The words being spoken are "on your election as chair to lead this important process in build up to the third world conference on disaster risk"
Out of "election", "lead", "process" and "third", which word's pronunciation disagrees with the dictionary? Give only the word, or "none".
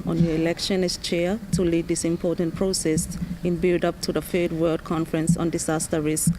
third